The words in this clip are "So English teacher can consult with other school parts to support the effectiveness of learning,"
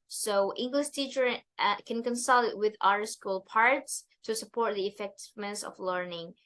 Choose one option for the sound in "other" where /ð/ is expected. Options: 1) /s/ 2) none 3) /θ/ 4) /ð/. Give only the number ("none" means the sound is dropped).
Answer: 2